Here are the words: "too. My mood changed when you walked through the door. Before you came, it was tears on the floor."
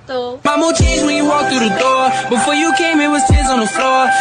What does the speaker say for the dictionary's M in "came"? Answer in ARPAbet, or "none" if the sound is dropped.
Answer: M